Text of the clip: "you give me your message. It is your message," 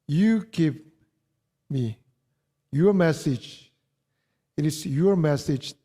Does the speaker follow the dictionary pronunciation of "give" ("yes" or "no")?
no